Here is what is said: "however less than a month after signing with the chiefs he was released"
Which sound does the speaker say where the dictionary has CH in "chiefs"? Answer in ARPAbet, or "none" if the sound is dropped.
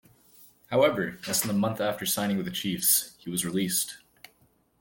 CH